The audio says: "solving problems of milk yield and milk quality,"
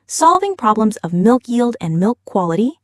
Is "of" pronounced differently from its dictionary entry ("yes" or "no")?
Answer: no